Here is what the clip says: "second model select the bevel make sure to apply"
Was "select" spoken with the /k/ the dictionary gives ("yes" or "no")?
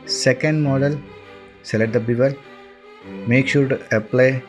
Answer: no